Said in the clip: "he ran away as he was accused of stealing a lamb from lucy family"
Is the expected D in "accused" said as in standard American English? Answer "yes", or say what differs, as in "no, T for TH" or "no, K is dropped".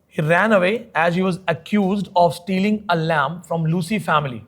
yes